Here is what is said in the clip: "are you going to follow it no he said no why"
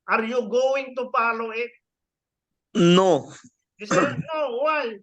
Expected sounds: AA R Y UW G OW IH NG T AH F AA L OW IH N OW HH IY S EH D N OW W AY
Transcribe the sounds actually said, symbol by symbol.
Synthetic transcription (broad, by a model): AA R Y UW G OW IH NG T AH P AA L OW IH N OW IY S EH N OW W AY